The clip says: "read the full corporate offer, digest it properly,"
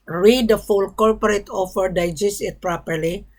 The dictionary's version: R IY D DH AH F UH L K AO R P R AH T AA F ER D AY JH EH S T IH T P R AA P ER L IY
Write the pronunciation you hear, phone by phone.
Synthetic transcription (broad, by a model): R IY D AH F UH L K AO R P R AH T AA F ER D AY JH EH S IH T P R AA P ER L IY